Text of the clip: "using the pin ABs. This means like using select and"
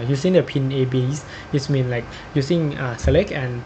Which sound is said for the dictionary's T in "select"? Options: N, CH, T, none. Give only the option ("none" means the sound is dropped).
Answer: none